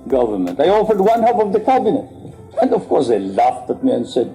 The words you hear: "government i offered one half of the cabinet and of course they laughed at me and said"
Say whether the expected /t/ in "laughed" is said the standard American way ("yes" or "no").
yes